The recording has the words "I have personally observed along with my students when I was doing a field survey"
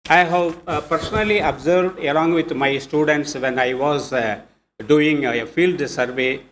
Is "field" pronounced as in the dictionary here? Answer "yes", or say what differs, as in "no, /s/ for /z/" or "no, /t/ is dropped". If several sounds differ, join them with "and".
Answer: yes